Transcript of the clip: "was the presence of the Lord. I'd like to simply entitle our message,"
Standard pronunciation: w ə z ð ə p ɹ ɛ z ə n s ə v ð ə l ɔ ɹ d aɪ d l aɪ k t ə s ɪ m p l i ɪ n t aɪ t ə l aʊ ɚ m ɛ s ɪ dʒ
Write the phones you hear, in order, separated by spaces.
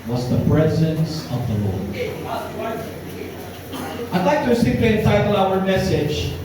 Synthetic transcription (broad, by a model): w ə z ð ə p ɹ ɛ z ə n s ə v ð ə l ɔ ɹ aɪ d l aɪ k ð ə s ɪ p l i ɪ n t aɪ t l aʊ ɚ m ɛ s ɪ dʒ